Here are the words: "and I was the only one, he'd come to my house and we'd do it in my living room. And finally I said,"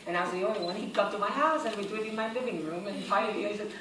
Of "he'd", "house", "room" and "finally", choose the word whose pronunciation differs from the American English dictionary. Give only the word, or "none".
finally